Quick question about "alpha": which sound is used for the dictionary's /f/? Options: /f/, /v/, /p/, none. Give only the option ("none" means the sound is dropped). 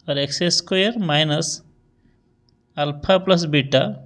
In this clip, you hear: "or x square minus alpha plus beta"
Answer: /p/